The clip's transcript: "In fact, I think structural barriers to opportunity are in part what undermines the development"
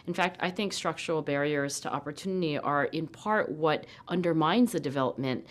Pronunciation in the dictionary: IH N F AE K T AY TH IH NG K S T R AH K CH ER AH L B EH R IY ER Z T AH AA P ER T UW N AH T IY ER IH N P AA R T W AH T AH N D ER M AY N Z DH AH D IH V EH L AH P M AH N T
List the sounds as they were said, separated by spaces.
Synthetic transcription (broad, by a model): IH N F AE K T AY TH IH NG K S T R AH K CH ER L B EH R IY ER Z T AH AA P ER T UW N AH T IY ER IH N P AA R T W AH T AH N D ER M AY N Z DH AH D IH V EH L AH P M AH N T